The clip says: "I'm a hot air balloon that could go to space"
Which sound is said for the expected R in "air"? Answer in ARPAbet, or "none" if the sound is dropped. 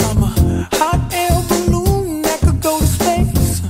L